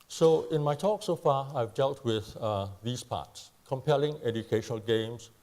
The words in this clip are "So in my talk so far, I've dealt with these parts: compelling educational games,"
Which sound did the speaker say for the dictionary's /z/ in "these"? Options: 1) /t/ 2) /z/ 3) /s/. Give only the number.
3